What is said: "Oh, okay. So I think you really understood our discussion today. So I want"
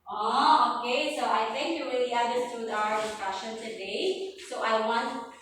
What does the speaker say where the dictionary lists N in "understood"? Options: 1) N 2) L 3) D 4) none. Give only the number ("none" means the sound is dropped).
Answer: 4